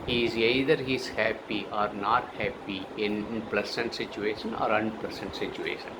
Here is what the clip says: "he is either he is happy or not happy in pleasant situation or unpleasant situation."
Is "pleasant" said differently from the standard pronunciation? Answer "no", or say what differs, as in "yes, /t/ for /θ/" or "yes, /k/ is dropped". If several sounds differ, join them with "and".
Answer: yes, /s/ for /z/